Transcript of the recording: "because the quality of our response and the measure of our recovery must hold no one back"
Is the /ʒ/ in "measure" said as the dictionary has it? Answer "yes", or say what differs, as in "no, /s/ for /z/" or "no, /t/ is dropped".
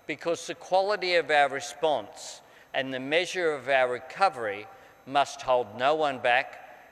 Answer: yes